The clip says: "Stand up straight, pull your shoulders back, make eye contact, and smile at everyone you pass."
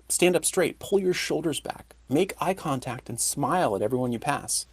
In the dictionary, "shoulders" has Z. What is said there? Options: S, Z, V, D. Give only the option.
Z